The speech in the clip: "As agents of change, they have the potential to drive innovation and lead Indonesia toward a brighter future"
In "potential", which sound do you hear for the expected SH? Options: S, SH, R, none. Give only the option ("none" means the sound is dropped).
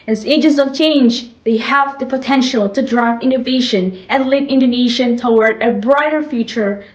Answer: SH